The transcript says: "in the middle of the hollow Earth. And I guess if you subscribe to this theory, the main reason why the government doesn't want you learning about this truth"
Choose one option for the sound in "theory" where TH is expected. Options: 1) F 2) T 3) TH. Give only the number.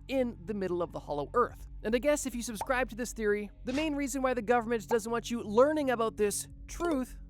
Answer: 3